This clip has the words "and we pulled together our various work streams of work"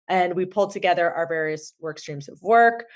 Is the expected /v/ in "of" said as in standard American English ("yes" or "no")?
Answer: yes